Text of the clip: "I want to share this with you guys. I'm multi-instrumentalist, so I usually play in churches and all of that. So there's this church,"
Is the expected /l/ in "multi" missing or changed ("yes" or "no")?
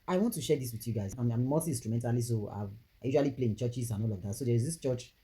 yes